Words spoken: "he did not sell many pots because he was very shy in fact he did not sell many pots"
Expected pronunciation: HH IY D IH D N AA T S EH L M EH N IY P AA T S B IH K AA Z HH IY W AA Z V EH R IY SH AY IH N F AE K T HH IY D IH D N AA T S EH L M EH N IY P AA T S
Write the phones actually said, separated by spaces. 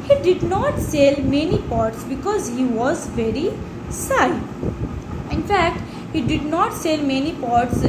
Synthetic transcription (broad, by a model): HH IY D IH D N AA T S EH L M EH N IY P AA T S B IH K AA Z HH IY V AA Z V EH R IY S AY IH N F AE K T HH IY D IH D N AA T S EH L M EH N IY P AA T S